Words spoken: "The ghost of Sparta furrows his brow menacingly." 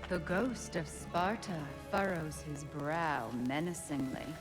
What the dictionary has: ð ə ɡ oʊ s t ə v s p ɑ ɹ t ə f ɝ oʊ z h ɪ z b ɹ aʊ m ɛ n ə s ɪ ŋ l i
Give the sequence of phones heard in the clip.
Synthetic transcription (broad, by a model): ð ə ɡ oʊ s t ə v s p ɑ ɹ t ə f ɝ oʊ z h ɪ z b ɹ aʊ m ɛ n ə s ɪ ŋ l i